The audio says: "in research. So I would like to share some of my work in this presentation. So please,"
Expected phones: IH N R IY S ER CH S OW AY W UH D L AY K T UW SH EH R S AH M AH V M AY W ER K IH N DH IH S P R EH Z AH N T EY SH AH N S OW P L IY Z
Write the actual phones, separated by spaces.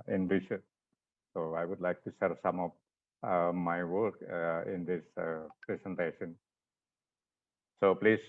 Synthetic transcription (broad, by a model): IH N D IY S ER S OW AY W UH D L AY K T UW S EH R S AH M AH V M AY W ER K IH N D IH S P R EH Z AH N T EY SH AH N S OW P L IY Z